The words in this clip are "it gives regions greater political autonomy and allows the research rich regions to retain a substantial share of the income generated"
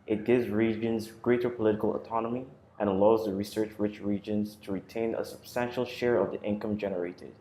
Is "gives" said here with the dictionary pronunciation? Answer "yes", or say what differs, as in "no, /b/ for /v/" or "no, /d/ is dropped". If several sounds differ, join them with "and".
yes